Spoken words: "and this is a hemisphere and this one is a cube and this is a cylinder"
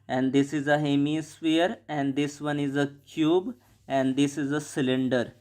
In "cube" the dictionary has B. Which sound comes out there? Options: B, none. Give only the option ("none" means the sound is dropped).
B